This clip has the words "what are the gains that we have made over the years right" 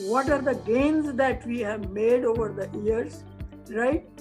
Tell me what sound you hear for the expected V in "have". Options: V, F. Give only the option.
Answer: V